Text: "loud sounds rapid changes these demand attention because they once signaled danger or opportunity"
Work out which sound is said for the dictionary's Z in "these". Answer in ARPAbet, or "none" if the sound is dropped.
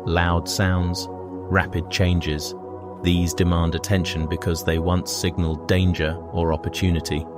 Z